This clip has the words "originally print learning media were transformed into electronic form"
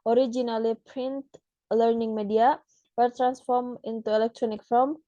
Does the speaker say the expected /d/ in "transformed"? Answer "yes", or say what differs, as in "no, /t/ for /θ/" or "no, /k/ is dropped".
no, /d/ is dropped